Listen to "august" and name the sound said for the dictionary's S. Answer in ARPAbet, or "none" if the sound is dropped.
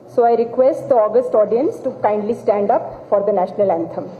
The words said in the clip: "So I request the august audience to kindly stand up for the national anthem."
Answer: S